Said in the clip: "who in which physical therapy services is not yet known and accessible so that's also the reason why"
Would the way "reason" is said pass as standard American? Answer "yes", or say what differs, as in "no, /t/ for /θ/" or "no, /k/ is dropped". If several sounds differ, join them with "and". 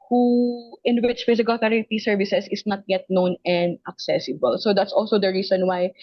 no, /s/ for /z/